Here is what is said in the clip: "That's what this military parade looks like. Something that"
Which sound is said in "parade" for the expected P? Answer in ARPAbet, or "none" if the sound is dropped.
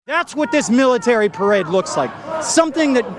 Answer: P